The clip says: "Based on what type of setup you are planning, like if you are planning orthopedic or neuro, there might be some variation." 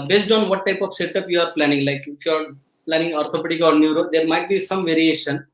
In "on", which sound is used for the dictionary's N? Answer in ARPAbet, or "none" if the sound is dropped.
N